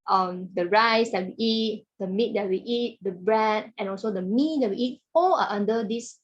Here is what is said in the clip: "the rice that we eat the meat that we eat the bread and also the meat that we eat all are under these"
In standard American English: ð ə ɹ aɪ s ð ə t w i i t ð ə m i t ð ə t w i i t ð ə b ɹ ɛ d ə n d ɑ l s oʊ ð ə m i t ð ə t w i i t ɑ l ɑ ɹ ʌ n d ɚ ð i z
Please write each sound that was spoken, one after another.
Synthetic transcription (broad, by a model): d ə ɹ aɪ s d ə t w i i t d ə m i t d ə t w i i t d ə b ɹ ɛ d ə n ɑ l s oʊ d ə m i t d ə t w i i t ɑ l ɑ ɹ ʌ n d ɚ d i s